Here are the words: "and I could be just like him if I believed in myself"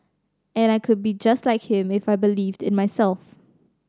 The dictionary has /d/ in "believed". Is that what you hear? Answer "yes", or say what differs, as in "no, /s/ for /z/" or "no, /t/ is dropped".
yes